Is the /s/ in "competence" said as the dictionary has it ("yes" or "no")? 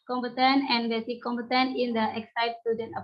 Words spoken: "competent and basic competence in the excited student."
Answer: no